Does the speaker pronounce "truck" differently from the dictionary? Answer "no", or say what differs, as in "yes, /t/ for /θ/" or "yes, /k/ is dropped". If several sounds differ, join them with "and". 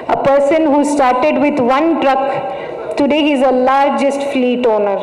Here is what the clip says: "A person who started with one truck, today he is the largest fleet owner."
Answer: no